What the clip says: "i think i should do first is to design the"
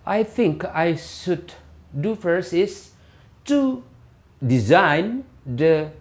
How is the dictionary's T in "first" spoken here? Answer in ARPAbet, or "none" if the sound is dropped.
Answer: none